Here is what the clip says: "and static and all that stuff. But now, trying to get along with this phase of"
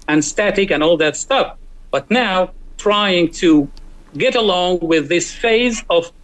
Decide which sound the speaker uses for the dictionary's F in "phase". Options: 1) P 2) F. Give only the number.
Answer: 2